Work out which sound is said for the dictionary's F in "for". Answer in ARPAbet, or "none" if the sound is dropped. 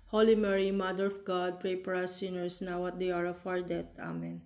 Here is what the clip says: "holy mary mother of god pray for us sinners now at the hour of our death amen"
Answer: P